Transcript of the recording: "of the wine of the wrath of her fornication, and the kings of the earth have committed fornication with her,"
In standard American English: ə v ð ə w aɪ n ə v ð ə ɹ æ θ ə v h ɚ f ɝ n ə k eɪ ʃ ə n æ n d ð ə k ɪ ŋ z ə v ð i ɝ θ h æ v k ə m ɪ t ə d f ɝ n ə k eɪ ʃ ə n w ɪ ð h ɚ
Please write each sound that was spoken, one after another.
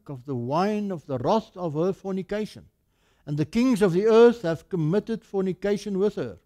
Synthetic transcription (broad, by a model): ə v ð ə w aɪ n ə v ð ə ɹ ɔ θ ə v h ɚ f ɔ n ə k eɪ ʃ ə n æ n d ð ə k ɪ ŋ z ə v ð i ɝ θ h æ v k ə m ɪ t ə d f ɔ n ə k eɪ ʃ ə n w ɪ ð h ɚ